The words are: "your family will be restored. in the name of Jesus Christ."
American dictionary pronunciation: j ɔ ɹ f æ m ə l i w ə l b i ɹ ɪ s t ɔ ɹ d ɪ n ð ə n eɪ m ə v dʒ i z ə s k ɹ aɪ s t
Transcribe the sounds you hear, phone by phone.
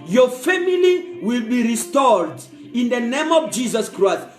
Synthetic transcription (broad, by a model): j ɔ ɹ f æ m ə l i w ə l b i ɹ ɪ s t ɔ ɹ d ɪ n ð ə n eɪ m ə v dʒ i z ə s k ɹ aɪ s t